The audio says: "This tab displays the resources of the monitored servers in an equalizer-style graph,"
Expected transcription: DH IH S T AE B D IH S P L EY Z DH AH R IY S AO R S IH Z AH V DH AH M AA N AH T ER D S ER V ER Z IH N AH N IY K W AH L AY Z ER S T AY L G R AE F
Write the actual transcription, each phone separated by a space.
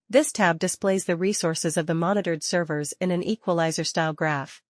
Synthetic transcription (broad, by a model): DH IH S T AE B D IH S P L EY Z DH AH R IY S AO R S IH Z AH V DH AH M AA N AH T ER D S ER V ER Z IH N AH N IY K W AH L AY Z ER S T AY L G R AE F